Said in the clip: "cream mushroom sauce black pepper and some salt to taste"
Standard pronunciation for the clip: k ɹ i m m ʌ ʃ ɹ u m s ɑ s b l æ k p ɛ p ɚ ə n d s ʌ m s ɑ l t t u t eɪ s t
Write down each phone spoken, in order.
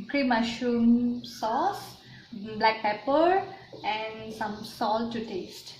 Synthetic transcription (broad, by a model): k ɹ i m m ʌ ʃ u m s ɑ s b l æ k p ɛ p ɚ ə n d s ʌ m s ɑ l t t u t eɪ s t